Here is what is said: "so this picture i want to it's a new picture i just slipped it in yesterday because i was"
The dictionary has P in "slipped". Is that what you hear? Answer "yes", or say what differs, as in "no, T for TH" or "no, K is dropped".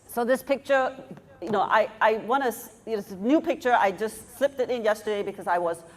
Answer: yes